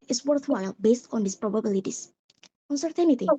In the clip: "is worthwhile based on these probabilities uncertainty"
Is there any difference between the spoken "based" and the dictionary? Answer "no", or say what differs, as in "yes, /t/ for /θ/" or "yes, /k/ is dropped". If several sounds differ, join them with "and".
no